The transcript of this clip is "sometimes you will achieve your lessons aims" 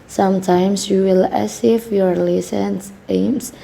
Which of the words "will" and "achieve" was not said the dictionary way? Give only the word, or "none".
achieve